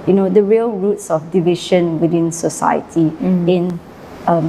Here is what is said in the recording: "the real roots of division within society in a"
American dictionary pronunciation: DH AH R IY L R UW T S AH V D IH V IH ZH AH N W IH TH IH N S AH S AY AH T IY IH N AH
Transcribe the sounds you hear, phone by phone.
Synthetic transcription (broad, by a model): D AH R IY L R UW T S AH F D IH V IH SH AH N W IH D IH N S AH S AY AH T IY IH N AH